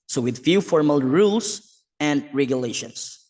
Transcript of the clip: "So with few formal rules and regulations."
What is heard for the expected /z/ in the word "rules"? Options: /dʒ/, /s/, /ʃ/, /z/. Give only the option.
/s/